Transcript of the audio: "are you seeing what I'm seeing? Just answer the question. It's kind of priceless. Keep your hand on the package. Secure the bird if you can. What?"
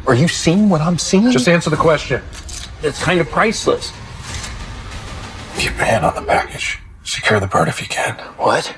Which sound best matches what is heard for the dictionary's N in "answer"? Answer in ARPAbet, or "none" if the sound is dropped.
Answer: N